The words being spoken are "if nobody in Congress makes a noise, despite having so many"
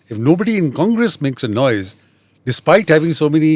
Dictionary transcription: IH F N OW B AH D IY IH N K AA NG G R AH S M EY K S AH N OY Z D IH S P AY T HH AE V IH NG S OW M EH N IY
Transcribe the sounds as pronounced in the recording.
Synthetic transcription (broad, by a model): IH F N OW B AH D IY IH N K AA NG G R AH S M EY K S AH N OY Z D IH S P AY T HH AE V IH NG S OW M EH N IY